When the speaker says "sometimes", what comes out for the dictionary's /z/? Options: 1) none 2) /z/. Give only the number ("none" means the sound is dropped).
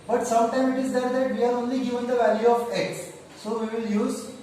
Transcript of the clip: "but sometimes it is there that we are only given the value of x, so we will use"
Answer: 1